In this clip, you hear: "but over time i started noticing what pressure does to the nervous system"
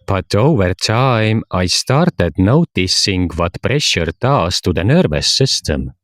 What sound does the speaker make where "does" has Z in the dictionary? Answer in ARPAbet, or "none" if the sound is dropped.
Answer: S